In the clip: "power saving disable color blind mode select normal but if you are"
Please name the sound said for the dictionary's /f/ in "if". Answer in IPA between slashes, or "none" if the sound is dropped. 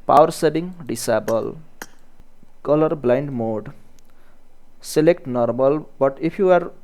/p/